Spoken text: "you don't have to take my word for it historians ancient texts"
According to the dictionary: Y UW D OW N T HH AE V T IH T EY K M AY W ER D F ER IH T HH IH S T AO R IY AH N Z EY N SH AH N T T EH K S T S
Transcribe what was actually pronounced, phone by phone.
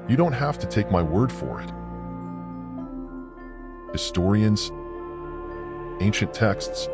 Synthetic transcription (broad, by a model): Y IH D OW N T HH AE F T IH T EY K M AY W ER D F ER IH T HH IH S T AO R IY AH N Z EY N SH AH N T T EH K S T S